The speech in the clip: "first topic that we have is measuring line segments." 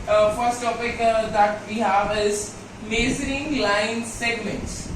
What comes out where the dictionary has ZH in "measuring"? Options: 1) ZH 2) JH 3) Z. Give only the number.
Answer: 3